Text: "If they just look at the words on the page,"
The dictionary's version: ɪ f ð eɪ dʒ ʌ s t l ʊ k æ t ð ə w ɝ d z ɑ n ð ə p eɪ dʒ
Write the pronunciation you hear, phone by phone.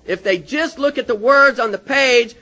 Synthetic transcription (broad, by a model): ɪ f ð eɪ dʒ ʌ s t l ʊ k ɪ t ð ə w ɝ d z n ð ə p eɪ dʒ